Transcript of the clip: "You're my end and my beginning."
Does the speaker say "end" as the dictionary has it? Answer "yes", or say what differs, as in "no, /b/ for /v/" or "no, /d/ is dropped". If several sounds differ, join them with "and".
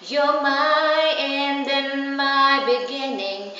yes